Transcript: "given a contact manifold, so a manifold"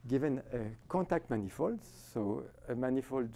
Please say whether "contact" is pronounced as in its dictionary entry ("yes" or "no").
no